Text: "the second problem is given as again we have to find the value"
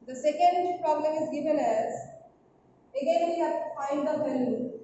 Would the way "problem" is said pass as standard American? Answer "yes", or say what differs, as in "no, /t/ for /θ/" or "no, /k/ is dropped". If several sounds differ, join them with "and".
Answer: yes